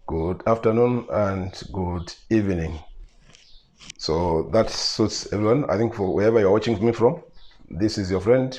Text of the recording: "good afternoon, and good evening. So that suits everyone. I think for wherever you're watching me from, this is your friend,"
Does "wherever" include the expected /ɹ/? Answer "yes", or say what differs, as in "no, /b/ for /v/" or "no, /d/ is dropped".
yes